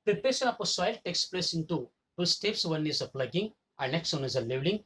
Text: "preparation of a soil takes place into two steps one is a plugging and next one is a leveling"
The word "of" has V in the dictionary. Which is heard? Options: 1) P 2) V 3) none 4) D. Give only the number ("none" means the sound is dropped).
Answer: 1